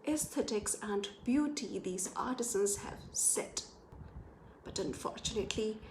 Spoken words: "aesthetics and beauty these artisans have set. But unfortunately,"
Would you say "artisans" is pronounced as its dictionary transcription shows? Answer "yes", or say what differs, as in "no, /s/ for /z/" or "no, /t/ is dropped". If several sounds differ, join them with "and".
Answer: yes